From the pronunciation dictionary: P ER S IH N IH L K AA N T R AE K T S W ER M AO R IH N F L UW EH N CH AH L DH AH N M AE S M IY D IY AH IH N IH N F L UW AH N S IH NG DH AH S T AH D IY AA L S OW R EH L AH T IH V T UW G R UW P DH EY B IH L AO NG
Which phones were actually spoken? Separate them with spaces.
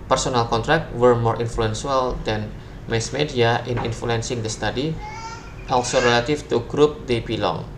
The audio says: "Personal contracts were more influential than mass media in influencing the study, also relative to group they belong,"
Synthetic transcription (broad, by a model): P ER S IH N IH L K AA N T R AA K T W ER M AO R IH N F L UW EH N S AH L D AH N M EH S M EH D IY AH IH N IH N F L UW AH N S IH NG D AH S T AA D IY AA L S OW R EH L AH T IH F T UW G R UW P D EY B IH L AO NG